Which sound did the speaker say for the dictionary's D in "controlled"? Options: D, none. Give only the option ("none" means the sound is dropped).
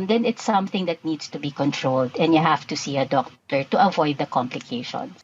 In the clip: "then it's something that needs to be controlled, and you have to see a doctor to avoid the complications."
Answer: D